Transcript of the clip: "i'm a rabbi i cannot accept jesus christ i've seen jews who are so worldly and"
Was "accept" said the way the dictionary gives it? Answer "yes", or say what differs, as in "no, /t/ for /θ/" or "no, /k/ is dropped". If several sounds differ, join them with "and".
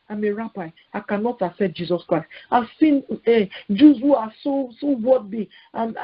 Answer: no, /p/ is dropped